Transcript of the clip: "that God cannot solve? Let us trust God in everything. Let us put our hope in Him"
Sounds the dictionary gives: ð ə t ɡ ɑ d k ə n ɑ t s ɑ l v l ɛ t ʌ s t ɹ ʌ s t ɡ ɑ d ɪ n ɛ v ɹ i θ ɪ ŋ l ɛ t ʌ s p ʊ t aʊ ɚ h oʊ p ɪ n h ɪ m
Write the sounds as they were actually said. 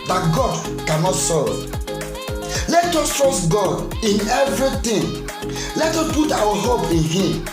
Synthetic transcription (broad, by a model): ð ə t ɡ ɑ d k ə n ɑ t s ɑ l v l ɛ t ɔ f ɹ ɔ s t ɡ ɑ d ɪ n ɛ v ɹ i t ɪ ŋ l ɛ t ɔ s p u t aʊ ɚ h oʊ p ɪ n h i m